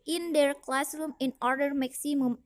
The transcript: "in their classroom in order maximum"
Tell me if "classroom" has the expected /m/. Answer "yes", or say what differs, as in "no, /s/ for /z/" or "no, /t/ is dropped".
yes